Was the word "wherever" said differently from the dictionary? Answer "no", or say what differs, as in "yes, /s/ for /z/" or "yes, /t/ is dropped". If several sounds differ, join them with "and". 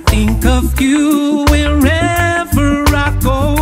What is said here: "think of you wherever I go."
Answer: no